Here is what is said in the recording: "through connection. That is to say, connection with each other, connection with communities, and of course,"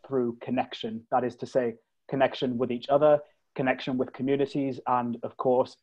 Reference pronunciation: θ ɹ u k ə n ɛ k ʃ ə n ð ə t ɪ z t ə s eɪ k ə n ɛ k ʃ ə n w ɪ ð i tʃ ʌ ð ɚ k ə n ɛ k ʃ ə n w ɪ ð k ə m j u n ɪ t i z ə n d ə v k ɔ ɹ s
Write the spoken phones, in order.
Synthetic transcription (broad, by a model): θ ɹ u k ə n ɛ k ʃ ə n ð ə t ɪ z t ə s eɪ k ə n ɛ k ʃ ə n w ɪ ð i tʃ ʌ ð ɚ k ə n ɛ k ʃ ə n w ɪ ð k ə m j u n ɪ t i z ə n ə v k ɔ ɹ s